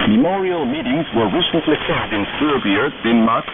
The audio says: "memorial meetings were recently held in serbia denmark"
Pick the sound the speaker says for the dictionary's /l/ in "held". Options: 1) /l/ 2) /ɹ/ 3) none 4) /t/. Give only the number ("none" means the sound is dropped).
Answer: 3